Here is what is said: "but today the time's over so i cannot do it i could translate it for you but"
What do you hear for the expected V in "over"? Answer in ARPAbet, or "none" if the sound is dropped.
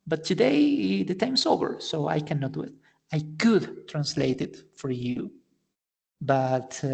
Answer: B